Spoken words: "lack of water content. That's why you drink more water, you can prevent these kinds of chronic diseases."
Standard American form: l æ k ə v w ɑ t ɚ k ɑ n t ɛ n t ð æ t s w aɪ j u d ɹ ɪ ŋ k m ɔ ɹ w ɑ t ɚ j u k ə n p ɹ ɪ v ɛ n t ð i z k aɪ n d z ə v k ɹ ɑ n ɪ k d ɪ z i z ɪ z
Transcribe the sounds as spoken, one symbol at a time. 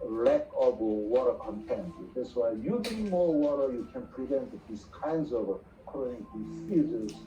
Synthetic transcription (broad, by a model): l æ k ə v w ɑ t ɚ k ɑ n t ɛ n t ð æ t s w aɪ j u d ɪ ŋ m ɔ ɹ w ɑ t ɚ j u k ə n p ɹ ɪ v ɛ n t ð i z k aɪ n d z ə v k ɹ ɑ ɪ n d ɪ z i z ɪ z